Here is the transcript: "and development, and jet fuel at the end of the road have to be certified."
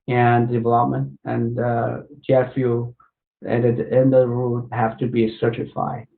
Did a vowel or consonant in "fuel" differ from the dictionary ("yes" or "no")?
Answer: yes